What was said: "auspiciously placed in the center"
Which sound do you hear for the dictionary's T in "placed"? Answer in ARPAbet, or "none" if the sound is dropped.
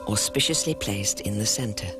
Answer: T